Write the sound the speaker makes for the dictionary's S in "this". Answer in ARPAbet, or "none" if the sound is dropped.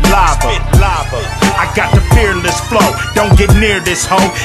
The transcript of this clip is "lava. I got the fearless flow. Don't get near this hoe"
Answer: S